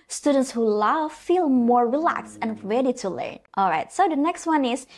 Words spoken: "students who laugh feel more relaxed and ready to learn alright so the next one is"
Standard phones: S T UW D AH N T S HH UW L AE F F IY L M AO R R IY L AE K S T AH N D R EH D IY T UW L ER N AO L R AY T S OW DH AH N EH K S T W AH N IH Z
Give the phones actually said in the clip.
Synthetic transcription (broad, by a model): S T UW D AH N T S HH UW L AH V F IY L M AO R R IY L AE K S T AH N R EH D IY T UW L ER N AO L R AY T S OW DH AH N EH K S T W AH N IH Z